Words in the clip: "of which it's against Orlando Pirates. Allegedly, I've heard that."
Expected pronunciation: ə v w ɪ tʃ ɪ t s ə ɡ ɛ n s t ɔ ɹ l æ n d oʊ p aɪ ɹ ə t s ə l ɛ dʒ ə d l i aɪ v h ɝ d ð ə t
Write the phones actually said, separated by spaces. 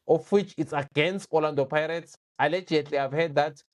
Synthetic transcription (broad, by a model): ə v w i tʃ ɪ t s ə ɡ ɛ n s t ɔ l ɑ n d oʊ p aɪ ɹ ə t s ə l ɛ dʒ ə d l i aɪ v h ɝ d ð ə t